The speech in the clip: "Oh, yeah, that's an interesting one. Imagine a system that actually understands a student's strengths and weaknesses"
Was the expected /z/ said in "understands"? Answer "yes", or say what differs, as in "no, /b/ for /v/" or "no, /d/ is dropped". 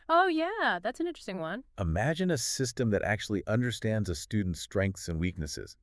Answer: yes